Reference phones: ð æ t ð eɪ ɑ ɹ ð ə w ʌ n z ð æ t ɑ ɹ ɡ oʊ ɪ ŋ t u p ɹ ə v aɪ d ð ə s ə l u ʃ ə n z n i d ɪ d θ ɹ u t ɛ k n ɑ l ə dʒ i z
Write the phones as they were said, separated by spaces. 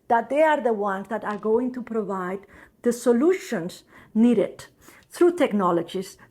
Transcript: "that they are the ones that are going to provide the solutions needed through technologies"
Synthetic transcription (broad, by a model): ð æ t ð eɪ ɑ ɹ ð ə w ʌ n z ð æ t ɑ ɹ ɡ oʊ ɪ ŋ t u p ɹ ə v aɪ d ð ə s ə l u ʃ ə n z n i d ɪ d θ ɹ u t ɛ k n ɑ l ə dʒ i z